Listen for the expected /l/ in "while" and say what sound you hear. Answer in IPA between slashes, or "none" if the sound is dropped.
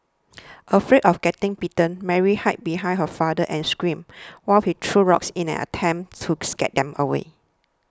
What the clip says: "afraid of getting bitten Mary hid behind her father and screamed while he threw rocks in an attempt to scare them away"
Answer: /l/